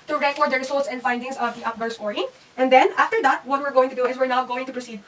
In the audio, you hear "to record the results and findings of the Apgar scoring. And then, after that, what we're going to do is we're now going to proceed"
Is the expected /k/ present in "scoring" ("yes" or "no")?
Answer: no